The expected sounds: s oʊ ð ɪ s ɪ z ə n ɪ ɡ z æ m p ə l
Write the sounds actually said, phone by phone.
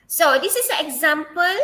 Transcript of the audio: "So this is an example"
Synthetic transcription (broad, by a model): s oʊ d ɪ s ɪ s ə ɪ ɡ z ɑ m p ə l